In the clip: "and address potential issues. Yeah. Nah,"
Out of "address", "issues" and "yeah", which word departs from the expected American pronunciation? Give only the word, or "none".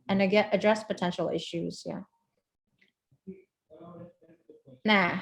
none